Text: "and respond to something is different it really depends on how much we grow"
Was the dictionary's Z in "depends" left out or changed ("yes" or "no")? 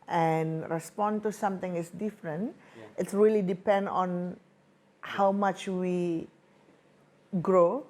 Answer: yes